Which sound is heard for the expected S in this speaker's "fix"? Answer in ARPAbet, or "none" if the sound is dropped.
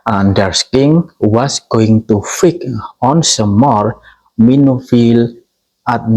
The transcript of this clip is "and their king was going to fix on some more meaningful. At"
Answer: none